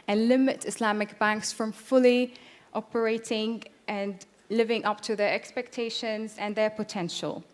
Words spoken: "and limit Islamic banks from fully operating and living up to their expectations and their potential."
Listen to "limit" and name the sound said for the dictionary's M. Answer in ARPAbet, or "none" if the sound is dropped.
M